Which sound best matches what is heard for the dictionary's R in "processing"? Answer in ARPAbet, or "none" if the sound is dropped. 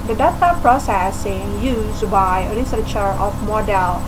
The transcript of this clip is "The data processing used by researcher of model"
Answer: R